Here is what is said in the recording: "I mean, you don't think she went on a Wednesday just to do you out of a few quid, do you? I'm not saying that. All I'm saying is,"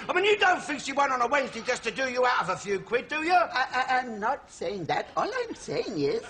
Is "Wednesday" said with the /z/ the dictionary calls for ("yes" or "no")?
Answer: yes